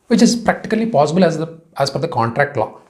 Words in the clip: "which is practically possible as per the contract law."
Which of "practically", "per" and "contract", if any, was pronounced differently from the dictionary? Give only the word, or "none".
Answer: per